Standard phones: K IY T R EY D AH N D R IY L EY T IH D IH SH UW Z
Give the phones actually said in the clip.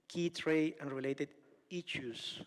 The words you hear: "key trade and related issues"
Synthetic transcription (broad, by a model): K IY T R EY AH N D R IY L EY T IH D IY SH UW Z